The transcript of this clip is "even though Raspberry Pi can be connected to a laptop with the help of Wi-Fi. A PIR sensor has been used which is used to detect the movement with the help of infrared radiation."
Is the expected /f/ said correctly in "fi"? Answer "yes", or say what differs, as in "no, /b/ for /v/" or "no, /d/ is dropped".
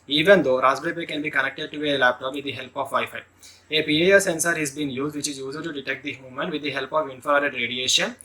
no, /p/ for /f/